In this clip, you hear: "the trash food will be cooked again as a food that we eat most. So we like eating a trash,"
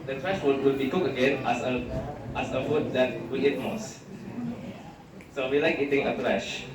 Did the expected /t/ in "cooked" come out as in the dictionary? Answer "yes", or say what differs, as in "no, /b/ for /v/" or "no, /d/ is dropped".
no, /t/ is dropped